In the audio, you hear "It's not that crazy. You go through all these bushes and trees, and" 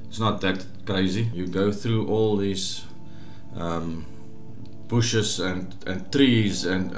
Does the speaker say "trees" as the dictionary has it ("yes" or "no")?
yes